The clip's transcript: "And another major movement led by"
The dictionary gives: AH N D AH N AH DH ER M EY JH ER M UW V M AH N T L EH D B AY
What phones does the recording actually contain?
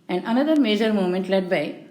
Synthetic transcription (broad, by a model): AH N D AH N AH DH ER M EY JH ER M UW M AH N T L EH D B AY